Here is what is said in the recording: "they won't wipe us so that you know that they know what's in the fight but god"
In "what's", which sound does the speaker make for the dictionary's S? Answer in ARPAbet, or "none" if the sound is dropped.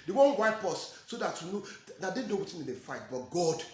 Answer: none